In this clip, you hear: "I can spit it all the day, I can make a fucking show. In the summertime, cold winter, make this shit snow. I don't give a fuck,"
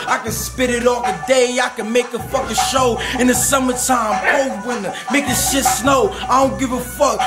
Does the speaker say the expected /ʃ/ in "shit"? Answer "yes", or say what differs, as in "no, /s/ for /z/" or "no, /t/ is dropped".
yes